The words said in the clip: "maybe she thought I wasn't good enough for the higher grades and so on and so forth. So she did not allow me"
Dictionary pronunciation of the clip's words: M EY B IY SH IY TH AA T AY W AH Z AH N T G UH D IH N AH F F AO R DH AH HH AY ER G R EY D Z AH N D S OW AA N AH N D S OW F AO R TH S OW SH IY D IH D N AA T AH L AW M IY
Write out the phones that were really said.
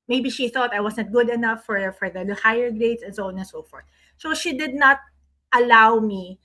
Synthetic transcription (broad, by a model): M EY B IY SH IY TH AA T AY W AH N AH T G UH D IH N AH F F AO R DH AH HH AY ER G R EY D S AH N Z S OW N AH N S OW F AO R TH S OW SH IY D IH D N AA T AH L AW M IY